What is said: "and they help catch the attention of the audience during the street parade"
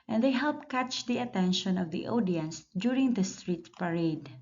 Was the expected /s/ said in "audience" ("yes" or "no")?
yes